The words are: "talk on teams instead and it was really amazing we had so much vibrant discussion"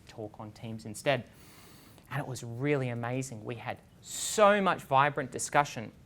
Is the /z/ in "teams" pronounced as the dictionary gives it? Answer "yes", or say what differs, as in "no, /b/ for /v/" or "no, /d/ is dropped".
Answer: yes